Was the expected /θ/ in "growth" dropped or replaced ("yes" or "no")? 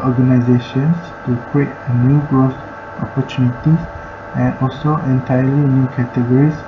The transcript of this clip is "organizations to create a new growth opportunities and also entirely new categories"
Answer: yes